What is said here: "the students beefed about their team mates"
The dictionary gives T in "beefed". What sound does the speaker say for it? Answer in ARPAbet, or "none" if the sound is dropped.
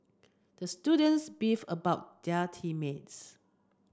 none